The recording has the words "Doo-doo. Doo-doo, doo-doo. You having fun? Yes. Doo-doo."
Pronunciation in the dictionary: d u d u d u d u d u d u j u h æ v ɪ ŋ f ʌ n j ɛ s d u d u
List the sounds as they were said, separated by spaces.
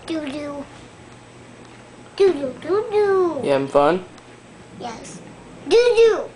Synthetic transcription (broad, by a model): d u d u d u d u d u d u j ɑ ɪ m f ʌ n j ɛ s d u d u